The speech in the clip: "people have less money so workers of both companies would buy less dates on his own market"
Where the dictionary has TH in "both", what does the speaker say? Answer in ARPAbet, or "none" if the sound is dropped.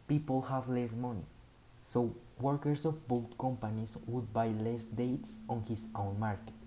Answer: T